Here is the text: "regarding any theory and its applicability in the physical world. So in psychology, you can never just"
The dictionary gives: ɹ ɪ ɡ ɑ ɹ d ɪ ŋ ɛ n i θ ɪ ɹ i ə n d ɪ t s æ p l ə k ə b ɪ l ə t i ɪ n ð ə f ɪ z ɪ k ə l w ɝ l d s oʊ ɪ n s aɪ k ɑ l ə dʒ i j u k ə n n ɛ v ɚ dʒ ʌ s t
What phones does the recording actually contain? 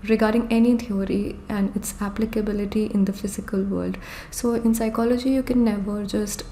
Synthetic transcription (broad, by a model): ɹ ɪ ɡ ɑ ɹ d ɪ ŋ ɛ n i t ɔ ɹ i ə n d ɪ t s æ p l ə k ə b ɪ l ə t i ɪ n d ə f ɪ z ɪ k ə l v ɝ l d s oʊ ɪ n s aɪ k ɑ l ə dʒ i j u k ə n n ɛ v ɚ dʒ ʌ s t